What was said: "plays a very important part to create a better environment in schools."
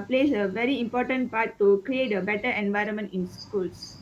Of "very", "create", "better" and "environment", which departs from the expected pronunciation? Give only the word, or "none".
none